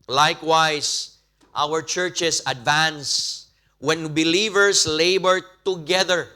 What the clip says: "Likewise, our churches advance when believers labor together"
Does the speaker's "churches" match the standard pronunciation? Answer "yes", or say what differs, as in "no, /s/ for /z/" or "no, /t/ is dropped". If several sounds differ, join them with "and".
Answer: no, /s/ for /z/